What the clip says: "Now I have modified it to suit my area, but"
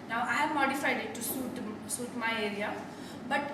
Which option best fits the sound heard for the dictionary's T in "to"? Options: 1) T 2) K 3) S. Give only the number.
3